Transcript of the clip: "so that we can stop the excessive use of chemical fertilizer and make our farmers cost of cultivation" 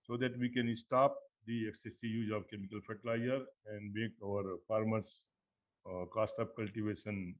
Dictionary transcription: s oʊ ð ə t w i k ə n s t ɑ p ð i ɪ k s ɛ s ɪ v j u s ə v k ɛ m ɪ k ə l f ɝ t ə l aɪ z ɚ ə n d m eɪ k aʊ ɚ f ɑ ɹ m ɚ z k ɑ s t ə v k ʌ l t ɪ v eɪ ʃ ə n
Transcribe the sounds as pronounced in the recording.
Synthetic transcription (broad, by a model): s oʊ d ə t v i k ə n s t ɑ p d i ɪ k s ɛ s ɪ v j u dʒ ə v k ɛ m ɪ k ə l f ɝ t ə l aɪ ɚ ə n d m eɪ k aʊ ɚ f ɑ ɹ m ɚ s k ɑ s t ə p k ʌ l t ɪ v eɪ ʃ ə n